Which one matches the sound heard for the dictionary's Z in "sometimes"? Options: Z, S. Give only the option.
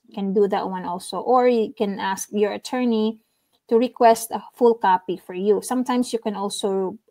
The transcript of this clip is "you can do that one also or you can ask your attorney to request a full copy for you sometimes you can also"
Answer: S